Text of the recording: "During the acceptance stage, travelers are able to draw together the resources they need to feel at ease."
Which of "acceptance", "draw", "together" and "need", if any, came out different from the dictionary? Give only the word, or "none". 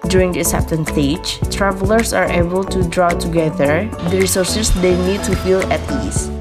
acceptance